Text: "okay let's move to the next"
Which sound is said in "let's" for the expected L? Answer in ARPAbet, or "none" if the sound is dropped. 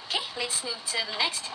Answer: L